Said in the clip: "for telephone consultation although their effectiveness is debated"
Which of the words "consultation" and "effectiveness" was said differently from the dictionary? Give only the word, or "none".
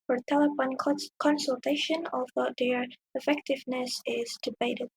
none